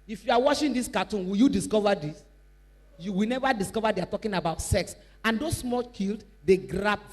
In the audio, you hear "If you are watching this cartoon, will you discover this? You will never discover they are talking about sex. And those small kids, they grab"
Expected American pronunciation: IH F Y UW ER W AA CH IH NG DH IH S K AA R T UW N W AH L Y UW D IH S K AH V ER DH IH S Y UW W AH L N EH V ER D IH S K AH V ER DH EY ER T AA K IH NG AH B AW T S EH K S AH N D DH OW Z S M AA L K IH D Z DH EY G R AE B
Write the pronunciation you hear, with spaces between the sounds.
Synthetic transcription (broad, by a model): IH F Y UW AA W AA SH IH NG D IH S K AA T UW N W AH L Y UW D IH S K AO V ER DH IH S Y UW W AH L N EH V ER D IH S K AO V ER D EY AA T AA K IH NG AH B AW T S EH K S AH N D OW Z S M AA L K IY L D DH EY G R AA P